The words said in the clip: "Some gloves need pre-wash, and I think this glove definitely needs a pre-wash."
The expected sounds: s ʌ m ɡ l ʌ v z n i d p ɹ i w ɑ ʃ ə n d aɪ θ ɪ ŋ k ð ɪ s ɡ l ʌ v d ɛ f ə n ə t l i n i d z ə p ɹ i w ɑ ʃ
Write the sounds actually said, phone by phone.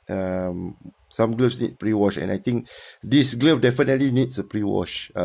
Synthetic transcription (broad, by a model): s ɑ m ɡ l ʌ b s n i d p ɹ i w ɑ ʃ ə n aɪ t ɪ ŋ k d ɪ s ɡ l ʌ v d ɛ f ə n ə t l i n i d s ə p ɹ i w ɑ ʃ